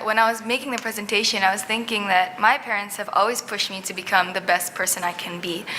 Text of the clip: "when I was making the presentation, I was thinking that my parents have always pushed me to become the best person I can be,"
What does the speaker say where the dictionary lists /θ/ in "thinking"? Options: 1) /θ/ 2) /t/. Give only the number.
1